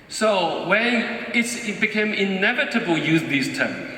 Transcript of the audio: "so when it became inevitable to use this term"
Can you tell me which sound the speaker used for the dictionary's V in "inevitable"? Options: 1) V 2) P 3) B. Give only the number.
1